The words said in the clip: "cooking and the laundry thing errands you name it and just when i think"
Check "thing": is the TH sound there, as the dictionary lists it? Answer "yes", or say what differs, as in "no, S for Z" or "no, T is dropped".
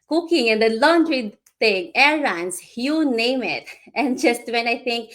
no, T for TH